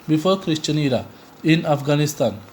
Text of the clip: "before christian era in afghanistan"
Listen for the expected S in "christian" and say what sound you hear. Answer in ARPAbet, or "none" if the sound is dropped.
SH